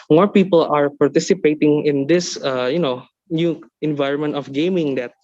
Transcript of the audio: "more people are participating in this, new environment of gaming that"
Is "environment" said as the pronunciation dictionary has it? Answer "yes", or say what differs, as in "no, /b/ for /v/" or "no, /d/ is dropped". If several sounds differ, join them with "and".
yes